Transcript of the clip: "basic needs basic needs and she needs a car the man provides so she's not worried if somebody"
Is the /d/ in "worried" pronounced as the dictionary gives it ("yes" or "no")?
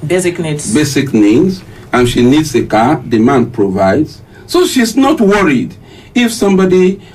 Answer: yes